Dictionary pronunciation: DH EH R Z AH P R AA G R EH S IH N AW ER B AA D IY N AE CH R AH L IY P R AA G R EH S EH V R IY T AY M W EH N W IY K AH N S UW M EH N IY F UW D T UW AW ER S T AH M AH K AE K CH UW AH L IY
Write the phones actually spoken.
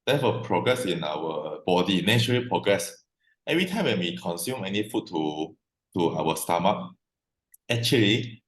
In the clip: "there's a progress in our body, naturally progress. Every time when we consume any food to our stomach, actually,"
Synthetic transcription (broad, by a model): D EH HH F AH P R AA G R EH S IH N AW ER B AA D IY N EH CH AH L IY P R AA G R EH S EH V R IY T AY M W EH N W IY K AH N S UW M EH N IY F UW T T UW AW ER S T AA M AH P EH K CH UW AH L IY